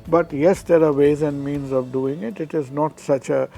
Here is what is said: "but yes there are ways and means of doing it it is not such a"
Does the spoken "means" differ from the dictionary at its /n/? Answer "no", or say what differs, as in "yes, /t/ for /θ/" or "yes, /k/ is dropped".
no